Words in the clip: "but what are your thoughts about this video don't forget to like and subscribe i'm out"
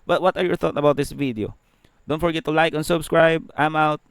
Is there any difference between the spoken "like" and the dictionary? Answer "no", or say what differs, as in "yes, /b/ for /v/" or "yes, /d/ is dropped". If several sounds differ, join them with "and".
no